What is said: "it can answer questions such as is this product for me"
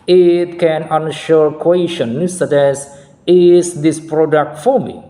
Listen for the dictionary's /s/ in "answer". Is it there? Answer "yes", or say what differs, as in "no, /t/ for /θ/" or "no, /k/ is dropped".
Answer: no, /ʃ/ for /s/